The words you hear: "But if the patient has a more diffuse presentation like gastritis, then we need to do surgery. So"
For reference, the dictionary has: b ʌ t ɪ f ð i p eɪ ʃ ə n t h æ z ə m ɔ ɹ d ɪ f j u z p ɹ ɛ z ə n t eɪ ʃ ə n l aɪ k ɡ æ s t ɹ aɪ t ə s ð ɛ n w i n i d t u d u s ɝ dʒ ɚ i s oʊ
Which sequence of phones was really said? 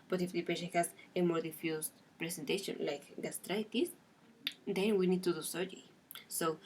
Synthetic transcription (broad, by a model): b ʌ t ɪ f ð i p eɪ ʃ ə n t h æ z ə m ɔ ɹ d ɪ f j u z p ɹ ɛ s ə n t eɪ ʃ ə n l aɪ k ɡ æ s t ɹ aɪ t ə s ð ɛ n w i n i d t u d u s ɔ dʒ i s oʊ